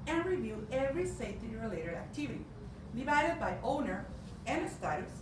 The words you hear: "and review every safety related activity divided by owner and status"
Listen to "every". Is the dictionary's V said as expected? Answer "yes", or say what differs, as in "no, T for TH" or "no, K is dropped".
yes